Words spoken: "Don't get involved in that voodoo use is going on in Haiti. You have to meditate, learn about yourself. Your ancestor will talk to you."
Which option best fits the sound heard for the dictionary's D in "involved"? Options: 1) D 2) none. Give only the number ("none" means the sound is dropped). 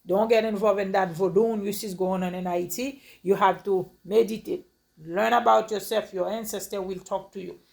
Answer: 2